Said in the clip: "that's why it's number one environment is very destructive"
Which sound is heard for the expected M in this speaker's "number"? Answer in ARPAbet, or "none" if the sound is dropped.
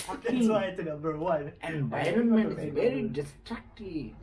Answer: none